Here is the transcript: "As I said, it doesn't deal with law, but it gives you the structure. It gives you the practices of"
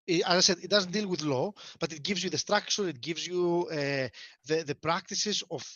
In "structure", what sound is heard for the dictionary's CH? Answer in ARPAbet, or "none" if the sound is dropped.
SH